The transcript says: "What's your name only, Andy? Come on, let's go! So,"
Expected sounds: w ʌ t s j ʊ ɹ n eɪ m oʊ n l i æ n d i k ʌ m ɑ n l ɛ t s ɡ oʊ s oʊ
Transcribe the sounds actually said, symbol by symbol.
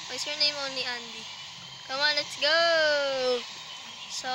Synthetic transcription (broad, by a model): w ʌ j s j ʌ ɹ n eɪ m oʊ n i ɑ n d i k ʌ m ɑ n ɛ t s ɡ oʊ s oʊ